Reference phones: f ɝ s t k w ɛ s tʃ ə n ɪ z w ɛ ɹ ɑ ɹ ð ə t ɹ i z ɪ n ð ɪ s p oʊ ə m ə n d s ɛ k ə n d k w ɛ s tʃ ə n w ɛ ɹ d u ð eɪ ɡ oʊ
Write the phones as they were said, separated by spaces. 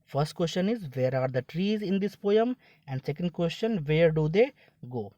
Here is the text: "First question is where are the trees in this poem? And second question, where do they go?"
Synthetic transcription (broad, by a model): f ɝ s t k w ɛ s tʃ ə n ɪ z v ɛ ɹ ɑ ɹ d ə t ɹ i z ɪ n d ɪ s p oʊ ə m ə n d s ɛ k ə n d k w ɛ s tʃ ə n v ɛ ɹ d u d eɪ ɡ oʊ